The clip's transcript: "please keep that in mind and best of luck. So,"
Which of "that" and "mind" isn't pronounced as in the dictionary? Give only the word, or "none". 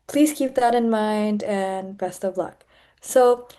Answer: none